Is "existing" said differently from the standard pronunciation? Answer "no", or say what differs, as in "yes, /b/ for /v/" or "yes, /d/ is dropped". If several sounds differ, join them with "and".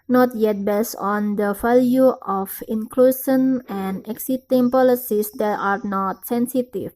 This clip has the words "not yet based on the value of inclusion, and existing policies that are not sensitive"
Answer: yes, /s/ is dropped